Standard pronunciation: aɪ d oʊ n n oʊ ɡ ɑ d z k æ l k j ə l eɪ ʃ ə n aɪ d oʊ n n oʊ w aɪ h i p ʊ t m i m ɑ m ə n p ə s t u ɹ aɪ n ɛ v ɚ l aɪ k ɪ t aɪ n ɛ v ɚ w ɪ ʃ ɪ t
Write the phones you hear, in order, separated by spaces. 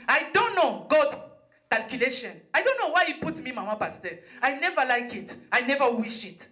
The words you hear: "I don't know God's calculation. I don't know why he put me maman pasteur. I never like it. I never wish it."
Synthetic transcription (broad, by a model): aɪ d oʊ n n oʊ ɡ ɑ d k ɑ l k j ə l eɪ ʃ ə n aɪ d oʊ n n oʊ w aɪ h i p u t m i m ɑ m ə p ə s t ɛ aɪ n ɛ v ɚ l aɪ k ɪ t aɪ n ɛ v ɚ w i ʃ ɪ t